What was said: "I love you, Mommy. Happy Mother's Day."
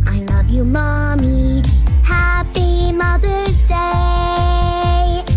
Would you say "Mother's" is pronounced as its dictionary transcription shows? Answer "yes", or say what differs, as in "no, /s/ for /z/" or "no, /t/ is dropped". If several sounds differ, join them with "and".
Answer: no, /z/ is dropped